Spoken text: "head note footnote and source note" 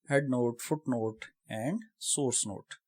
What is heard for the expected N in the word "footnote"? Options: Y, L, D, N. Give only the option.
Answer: N